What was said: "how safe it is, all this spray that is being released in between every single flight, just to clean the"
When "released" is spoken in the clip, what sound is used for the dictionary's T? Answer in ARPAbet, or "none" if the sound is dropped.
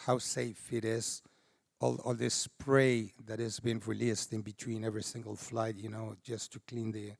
T